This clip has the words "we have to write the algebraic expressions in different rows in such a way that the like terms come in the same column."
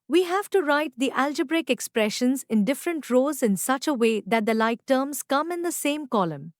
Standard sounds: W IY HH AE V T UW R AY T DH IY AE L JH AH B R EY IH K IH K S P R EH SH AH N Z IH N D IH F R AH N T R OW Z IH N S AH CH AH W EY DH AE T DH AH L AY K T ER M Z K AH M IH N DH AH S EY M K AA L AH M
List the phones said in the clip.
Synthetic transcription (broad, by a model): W IY HH AE V T UW R AY T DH IY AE L JH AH B R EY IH K IH K S P R EH SH AH N Z IH N D IH F R AH N T R OW Z IH N S AH CH AH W EY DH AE T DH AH L AY K T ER M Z K AH M IH N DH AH S EY M K AA L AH M